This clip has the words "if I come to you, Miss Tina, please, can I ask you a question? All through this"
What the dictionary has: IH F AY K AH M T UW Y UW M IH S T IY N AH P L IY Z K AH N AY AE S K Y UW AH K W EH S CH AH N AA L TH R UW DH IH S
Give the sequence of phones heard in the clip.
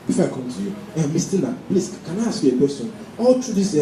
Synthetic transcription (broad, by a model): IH F AY K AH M T UW Y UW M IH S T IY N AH P L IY S K AH N AY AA S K Y UW AH K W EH S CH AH N AA L T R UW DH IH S